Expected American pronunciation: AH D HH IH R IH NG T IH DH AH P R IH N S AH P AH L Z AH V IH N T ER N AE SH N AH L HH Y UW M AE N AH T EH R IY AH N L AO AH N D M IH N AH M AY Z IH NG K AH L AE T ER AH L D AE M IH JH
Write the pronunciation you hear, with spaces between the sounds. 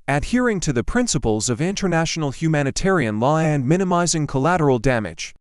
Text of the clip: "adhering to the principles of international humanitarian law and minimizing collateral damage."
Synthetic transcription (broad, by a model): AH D HH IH R IH NG T IH DH AH P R IH N S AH P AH L Z AH V IH N T ER N AE SH N L HH Y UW M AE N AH T EH R IY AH N L AO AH N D M IH N AH M AY Z IH NG K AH L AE T ER L D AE M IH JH